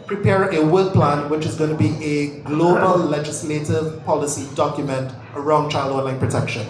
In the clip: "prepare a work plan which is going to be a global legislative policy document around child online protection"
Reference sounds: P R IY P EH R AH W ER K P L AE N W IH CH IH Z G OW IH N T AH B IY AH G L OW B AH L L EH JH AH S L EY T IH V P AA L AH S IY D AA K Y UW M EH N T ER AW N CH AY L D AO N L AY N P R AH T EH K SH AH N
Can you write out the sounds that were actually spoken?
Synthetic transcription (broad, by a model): P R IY P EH R AH W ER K P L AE N W IH CH IH Z G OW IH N T AH B IY AH G L OW B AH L L EH JH AH S L EY T IH V P AA L AH S IY D AA K Y UW M EH N T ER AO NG CH AY L D AO N L AY N P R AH T EH K SH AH N